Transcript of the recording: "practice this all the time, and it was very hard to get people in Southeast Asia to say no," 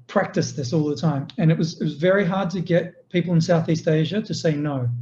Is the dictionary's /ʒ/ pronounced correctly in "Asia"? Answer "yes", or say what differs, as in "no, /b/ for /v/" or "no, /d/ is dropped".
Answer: yes